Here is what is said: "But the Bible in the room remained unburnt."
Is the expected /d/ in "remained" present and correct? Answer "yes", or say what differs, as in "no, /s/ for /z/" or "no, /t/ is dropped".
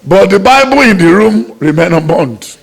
no, /d/ is dropped